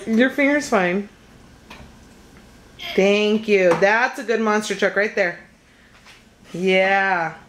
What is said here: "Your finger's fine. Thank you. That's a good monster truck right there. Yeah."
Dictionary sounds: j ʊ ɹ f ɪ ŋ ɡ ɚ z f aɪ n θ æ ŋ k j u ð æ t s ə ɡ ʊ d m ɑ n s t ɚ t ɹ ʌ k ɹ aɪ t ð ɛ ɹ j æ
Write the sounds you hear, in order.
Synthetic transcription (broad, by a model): j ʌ ɹ f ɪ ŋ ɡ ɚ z f aɪ n θ æ ŋ k j u ð æ t s ə ɡ ʊ d m ɑ n s t ɚ t ɹ ʌ k ɹ aɪ t ð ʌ ɹ j æ